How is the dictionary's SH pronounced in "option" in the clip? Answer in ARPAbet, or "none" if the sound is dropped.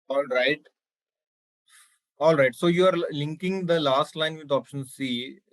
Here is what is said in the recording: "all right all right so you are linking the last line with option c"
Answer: SH